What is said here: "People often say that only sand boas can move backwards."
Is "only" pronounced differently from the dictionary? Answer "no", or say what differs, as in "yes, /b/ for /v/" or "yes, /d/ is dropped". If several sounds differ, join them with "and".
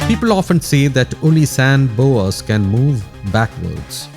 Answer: yes, /n/ is dropped